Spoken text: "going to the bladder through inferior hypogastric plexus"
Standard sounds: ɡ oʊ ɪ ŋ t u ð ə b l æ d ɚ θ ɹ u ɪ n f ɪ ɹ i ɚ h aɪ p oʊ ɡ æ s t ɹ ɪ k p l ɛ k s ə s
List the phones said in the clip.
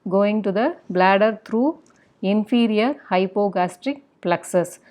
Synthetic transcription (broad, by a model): ɡ oʊ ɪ ŋ t u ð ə b l æ d ɚ t ɹ u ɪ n f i ɹ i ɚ h aɪ p oʊ ɡ æ s t ɹ ɪ k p l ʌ k s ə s